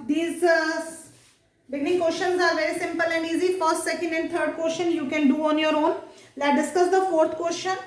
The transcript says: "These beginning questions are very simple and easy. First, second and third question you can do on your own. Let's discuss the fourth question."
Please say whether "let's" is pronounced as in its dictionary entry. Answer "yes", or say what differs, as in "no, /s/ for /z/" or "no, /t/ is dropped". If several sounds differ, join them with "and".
no, /s/ is dropped